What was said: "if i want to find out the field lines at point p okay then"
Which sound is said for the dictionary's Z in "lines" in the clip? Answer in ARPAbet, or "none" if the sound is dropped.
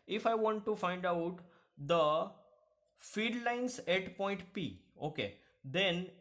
S